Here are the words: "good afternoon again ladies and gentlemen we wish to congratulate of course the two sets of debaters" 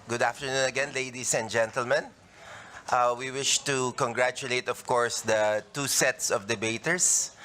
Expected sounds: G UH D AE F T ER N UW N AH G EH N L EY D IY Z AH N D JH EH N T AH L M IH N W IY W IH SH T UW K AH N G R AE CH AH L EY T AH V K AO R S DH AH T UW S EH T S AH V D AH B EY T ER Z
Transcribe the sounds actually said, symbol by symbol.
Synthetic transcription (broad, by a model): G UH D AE F T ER N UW N AH G EH N L EY D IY S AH N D JH EH N T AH L M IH N W IY W IH SH T UW K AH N G R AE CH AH L EY T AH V K AO R S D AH T UW S EH T S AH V D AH B EY T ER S